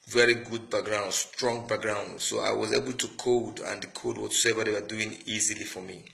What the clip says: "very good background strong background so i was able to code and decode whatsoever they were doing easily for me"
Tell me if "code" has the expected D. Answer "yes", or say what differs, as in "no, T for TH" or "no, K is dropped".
yes